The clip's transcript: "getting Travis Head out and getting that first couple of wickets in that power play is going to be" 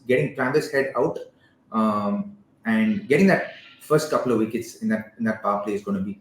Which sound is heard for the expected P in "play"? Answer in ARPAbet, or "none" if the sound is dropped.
F